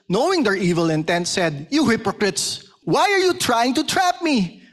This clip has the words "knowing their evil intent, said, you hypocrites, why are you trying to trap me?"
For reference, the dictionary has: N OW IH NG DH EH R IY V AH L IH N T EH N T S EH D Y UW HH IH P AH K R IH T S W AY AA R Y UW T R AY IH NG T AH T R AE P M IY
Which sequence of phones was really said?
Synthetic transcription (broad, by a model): N OW IH NG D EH R IY V AH L IH N T EH N T S EH D Y UW HH IH P AH K R IH T S W AY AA R Y UW T R AY IH NG T AH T R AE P M IY